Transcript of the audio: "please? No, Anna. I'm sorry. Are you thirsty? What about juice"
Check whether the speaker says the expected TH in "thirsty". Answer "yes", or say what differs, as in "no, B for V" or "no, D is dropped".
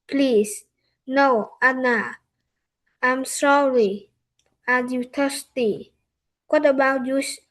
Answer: no, T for TH